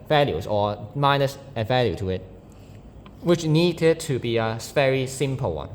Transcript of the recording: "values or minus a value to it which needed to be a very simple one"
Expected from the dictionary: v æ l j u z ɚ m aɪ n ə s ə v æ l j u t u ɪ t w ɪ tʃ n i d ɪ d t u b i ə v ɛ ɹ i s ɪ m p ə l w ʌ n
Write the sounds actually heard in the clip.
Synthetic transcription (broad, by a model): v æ l j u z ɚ m aɪ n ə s ə v æ l j u t u ɪ t w ɪ tʃ n i d ɪ d t u b i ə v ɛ ɹ i s ɪ m p ə l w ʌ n